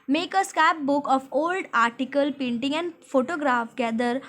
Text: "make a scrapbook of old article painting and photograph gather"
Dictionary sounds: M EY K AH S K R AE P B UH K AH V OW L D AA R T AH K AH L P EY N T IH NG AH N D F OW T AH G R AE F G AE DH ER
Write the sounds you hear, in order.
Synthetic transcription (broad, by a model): M EY K AH S K AE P B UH K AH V OW L D AA R T AH K AH L P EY N T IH NG AH N D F OW T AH G R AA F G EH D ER